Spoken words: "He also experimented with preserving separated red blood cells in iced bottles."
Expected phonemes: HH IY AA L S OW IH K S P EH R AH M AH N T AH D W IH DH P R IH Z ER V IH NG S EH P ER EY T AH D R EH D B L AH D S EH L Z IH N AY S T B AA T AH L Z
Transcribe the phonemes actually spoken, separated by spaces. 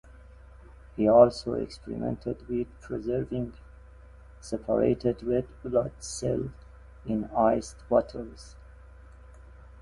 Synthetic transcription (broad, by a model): HH IY AA L S OW IH K S P EH R AH M AH N T AH D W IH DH P R IH Z ER V IH NG S EH P ER EY T AH D R EH D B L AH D S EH L IH N AY S T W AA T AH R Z